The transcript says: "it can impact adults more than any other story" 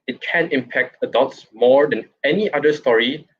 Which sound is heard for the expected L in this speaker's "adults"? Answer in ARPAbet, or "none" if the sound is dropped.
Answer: none